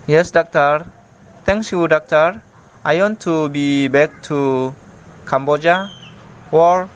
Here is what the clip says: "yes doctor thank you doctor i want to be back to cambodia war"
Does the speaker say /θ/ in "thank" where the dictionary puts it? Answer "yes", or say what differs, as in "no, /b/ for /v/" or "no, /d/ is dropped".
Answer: no, /t/ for /θ/